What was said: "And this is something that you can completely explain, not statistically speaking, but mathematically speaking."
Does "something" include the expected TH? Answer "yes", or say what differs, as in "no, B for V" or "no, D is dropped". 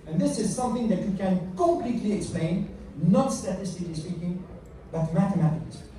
yes